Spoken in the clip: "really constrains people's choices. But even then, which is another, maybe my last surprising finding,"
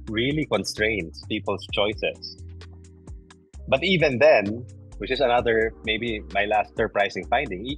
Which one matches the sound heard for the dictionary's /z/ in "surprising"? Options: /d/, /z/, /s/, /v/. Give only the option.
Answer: /s/